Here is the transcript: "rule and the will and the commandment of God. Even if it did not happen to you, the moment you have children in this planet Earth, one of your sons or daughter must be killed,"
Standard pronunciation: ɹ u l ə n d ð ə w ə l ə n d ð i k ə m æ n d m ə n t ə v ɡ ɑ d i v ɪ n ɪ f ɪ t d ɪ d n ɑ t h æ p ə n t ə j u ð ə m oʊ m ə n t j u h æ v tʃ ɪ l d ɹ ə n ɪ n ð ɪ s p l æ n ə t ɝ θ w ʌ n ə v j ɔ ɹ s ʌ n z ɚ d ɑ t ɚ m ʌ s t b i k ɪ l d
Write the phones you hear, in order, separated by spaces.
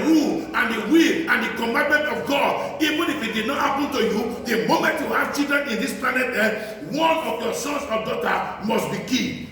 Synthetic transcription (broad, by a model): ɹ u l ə n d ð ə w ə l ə n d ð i k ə m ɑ n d m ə n t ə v ɡ ɑ d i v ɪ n ɪ f ɪ t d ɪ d n ɑ t h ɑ p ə n t ə j u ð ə m oʊ m ə n t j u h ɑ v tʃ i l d ə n ɪ n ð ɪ s p l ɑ n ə t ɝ w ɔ n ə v j ɔ s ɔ n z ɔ d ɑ t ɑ m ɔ s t b i k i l